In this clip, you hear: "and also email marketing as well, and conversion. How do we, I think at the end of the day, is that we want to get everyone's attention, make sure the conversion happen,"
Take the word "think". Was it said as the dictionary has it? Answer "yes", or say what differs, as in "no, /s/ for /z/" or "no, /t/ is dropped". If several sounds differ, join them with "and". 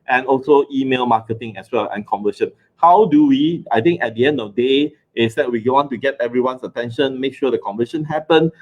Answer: no, /t/ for /θ/